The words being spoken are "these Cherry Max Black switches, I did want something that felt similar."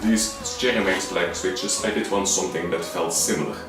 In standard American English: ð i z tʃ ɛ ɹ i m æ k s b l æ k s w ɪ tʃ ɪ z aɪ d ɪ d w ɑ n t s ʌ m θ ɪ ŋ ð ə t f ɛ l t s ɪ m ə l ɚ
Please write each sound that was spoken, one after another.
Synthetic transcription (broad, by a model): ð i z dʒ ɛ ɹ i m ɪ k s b l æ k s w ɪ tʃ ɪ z aɪ d ɪ d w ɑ n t s ʌ m θ ɪ ŋ ð ə t f ɛ l t s ɪ m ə l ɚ